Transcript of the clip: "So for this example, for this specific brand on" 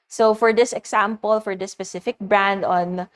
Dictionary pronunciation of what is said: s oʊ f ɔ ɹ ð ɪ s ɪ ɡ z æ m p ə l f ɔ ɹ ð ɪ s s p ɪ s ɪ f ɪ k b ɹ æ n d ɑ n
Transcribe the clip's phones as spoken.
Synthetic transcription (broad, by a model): s oʊ f ɔ ɹ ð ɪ s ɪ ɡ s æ m p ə l f ɔ ɹ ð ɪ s s p ɪ s ɪ f ɪ k b ɹ æ n d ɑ n